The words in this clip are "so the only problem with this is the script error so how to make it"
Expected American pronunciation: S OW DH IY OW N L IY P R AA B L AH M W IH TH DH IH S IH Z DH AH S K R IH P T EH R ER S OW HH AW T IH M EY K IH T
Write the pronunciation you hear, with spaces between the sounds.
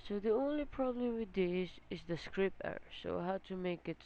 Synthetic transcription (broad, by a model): S OW DH IY OW N L IY P R AA B L AH M W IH DH IH S IH Z DH AH S K R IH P EH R S OW HH AW T IH M EY K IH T